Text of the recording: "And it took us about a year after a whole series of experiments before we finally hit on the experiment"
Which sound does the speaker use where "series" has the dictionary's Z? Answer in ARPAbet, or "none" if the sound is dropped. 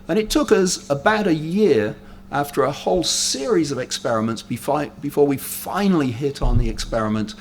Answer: Z